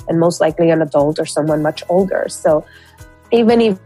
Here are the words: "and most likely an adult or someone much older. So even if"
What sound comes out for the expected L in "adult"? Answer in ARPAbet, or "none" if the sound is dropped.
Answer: L